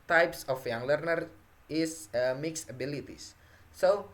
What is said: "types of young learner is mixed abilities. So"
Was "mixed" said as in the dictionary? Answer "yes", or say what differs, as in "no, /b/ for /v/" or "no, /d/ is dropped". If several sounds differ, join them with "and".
no, /t/ is dropped